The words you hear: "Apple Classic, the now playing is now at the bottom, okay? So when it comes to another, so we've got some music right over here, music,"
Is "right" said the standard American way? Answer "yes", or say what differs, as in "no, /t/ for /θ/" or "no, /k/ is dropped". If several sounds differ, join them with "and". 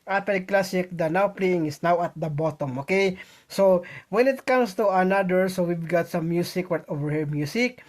no, /w/ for /ɹ/